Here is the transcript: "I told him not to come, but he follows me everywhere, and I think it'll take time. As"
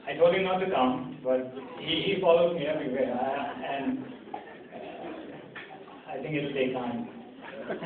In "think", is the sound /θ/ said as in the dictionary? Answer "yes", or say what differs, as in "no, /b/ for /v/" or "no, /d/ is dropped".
no, /t/ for /θ/